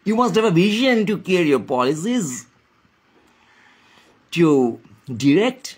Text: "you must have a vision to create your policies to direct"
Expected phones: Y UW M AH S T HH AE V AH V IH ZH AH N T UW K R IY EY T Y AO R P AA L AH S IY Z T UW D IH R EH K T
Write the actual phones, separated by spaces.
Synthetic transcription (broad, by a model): Y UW M AH S T HH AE V AH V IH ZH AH N T UW K IY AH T Y AO R P AA L AH S IY Z T UW D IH R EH K T